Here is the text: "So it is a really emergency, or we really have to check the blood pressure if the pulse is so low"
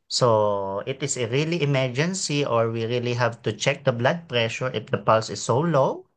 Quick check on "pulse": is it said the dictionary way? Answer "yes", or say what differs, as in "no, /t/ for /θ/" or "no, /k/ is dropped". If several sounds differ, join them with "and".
yes